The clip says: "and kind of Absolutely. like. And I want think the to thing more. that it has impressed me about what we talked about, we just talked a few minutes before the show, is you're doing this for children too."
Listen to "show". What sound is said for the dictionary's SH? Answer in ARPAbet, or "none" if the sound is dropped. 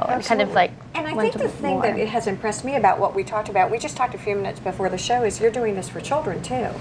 SH